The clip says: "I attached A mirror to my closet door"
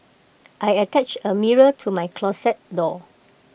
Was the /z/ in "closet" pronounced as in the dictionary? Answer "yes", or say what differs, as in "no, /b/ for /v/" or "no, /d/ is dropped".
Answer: no, /s/ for /z/